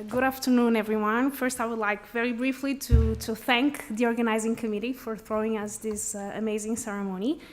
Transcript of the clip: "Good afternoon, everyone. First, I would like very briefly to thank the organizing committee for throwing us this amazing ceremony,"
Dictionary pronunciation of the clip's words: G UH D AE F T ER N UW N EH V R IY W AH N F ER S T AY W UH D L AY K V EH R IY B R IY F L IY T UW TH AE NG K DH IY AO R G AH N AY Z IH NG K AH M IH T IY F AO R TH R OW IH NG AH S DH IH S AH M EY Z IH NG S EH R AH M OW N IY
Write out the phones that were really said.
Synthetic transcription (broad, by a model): G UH D AE F T ER N UW N EH V R IY W AH N F ER S T AY W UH D L AY K V EH R IY B R IY F L IY T UW TH AE NG K DH IY AO R G AH N AY Z IH NG K AH M IH T IY F AO R TH R OW IH NG AH S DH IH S AH M EY Z IH NG S EH R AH M OW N IY